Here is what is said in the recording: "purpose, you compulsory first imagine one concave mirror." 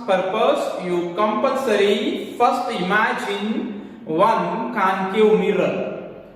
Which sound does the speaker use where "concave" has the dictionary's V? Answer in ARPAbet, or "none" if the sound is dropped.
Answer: W